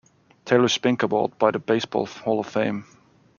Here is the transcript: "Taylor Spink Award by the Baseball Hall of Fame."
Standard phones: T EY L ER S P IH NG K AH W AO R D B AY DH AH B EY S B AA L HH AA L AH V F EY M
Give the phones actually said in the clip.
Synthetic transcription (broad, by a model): T EY L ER S P IH NG K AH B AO L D B AY DH AH B EY S B AA L HH AA L AH V F EY M